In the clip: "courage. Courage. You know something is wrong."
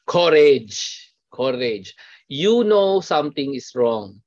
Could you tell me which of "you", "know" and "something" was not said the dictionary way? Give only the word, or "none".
something